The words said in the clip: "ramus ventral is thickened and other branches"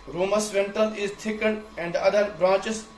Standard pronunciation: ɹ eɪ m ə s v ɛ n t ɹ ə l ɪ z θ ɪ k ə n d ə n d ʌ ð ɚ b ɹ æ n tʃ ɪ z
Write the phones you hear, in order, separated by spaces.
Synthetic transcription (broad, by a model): ɹ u m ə s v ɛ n t ə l ɪ z t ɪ k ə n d ə n d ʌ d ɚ b ɹ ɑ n tʃ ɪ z